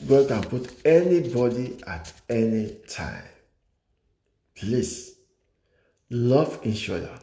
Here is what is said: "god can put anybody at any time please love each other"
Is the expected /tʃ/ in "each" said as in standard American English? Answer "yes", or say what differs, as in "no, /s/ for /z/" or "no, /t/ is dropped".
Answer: no, /ʃ/ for /tʃ/